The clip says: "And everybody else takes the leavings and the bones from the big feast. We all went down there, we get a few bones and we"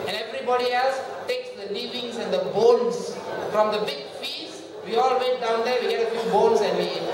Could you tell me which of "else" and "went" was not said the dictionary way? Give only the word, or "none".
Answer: went